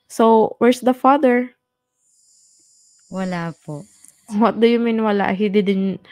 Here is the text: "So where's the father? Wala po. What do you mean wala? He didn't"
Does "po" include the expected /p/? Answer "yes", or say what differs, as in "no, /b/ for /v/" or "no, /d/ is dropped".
yes